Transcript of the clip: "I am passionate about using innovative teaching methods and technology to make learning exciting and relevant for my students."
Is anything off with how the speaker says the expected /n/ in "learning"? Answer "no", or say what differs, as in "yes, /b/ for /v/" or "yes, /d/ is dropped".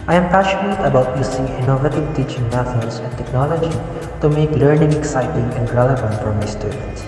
no